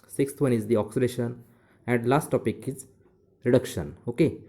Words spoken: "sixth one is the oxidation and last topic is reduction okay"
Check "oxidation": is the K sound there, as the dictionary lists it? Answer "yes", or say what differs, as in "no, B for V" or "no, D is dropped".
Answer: yes